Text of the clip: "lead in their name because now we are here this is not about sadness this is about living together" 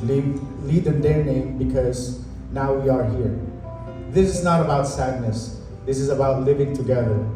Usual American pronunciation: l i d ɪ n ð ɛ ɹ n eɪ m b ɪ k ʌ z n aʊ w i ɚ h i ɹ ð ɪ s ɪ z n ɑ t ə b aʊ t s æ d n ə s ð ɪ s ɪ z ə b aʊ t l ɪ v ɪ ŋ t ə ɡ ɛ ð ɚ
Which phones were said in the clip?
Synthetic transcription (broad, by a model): l i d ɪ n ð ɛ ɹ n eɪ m b ɪ k ʌ z n aʊ w i ɚ h i ɹ ð ɪ s ɪ z n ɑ t ə b aʊ t s æ d n ə s ð ɪ s ɪ z ə b aʊ t l ɪ v ɪ ŋ t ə ɡ ɛ ð ɚ